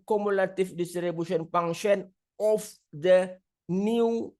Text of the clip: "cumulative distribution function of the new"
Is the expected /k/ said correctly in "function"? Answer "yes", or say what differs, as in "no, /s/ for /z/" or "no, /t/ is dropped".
no, /k/ is dropped